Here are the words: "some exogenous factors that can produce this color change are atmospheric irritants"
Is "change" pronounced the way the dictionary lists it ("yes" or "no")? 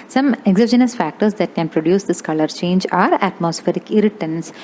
yes